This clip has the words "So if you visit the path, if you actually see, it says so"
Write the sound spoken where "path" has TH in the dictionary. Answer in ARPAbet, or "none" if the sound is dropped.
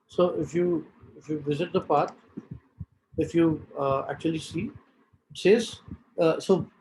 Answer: T